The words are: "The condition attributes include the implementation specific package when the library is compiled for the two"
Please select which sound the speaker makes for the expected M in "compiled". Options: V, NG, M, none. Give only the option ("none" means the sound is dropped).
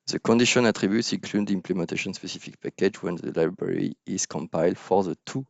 M